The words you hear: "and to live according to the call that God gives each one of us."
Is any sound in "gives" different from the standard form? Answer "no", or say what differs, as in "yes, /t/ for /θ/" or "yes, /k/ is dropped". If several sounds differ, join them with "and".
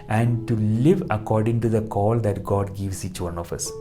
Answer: yes, /s/ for /z/